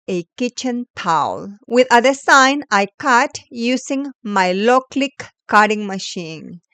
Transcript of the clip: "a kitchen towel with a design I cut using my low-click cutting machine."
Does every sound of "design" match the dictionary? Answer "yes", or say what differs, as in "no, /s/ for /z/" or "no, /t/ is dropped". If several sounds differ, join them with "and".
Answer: no, /s/ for /z/